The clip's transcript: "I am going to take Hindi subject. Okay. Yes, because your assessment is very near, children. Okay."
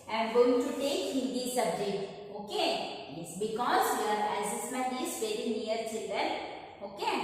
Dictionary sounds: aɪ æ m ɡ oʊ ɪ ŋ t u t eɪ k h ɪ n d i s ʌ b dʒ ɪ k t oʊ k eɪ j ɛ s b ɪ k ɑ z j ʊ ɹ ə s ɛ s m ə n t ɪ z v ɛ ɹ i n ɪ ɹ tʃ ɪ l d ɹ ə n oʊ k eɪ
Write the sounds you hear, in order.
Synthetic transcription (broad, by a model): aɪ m ɡ oʊ ɪ ŋ t u t eɪ k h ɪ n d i s ʌ b dʒ ɪ k t oʊ k eɪ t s b ɪ k ɑ z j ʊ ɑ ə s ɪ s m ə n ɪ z v ɛ ɹ i n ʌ ɹ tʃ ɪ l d ə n oʊ k eɪ